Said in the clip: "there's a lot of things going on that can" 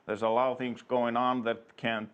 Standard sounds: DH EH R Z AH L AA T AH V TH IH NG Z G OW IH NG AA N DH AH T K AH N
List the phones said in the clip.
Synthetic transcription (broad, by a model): DH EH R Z AH L AA T AH V TH IH NG Z G OW IH NG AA N DH AH T K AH N